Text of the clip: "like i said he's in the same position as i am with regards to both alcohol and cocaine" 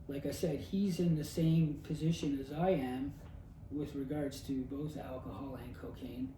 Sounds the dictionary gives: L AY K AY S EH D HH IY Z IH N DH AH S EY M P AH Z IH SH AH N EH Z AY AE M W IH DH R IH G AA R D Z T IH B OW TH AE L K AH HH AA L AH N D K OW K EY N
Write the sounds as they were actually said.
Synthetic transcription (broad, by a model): L AY K AY S EH D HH IY Z IH N DH AH S EY M P AH Z IH SH AH N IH Z AY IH M W IH DH R IH G AA R D Z T IH B OW TH AE L K AH HH AA L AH N K OW K EY N